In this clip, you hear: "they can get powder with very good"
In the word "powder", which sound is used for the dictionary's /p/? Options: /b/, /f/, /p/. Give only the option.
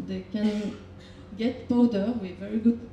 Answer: /b/